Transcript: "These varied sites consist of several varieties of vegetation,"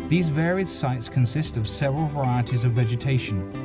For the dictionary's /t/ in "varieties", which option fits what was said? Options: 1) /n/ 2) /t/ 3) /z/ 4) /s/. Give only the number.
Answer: 2